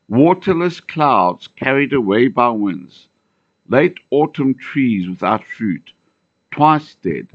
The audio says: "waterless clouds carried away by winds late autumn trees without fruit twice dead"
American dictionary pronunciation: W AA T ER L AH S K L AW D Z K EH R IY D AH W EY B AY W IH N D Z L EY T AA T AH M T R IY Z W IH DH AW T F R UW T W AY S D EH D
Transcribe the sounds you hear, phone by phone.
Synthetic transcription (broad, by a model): W AA T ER L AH S K L AW D Z K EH R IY D AH W EY B AY W IH N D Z L EY T AA T AH M T R IY Z W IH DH AW T F R UW T W AY S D EH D